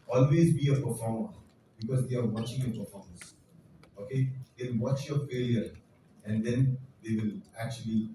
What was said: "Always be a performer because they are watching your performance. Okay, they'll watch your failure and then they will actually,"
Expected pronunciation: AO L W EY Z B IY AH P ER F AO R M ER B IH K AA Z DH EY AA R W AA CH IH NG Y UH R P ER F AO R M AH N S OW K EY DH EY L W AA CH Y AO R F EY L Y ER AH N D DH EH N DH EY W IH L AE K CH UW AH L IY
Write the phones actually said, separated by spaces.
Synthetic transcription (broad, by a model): AO L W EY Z B IY AH P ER F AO R M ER B IH K AA Z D EY AA R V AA CH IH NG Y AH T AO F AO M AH S OW K EY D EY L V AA CH Y AO R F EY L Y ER AH N D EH N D EY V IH L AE K CH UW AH L IY